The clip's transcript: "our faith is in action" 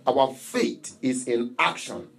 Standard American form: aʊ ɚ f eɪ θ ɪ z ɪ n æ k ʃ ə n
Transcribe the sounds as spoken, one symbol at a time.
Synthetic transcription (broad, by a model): aʊ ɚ f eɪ t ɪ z ɪ n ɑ k ʃ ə n